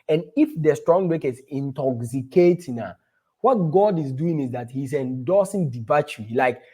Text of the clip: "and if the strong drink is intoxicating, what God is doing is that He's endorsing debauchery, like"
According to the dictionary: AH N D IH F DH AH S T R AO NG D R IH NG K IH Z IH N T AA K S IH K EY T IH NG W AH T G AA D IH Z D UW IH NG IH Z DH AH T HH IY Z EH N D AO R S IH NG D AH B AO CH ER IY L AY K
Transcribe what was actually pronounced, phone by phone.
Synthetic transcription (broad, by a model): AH N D IH F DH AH S T R AO NG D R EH K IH S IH N T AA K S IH K EY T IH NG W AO T G AA D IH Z D UW IH NG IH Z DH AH T HH IY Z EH N D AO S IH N D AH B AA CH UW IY L AY K